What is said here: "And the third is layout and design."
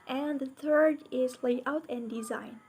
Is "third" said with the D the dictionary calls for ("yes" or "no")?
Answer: yes